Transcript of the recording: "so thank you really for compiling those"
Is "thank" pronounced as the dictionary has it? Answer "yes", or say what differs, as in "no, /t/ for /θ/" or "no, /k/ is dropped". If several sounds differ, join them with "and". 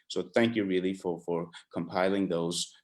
yes